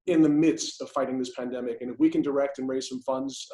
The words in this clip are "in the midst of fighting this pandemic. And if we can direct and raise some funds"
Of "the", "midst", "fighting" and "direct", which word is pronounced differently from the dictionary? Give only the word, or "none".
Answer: none